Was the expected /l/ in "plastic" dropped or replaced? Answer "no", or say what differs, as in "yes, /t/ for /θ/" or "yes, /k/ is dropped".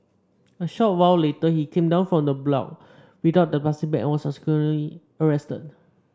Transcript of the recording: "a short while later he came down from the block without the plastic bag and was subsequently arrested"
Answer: yes, /l/ is dropped